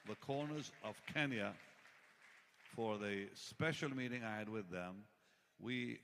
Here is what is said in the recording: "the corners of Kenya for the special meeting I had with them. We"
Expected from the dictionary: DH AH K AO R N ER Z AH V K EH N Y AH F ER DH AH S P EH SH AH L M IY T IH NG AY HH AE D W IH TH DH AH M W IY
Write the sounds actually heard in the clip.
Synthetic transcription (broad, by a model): DH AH K AO R N ER Z AH V K EH N Y AH F ER DH AH S P EH SH L M IY T IH NG AY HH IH D W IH DH AH M W IY